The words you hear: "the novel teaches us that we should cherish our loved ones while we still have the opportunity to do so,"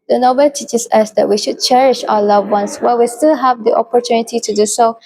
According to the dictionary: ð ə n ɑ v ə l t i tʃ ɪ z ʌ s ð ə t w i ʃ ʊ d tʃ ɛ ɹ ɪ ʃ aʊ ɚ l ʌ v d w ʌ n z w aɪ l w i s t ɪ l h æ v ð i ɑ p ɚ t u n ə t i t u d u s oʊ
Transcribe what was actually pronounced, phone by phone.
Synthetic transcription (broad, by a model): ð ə n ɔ b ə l t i tʃ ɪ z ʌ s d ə t w i ʃ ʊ d tʃ ɛ ɹ ɪ ʃ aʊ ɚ l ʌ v w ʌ n s w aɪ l w i s t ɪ l h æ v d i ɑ p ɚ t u n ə t i t u d u s oʊ